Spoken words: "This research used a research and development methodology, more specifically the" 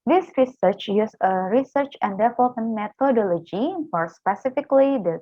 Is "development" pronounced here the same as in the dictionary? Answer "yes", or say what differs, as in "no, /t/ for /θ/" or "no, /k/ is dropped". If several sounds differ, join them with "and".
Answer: no, /m/ is dropped